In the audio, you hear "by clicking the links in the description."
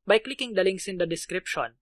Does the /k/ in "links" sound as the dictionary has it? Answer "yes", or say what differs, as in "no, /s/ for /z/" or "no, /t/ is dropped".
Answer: no, /k/ is dropped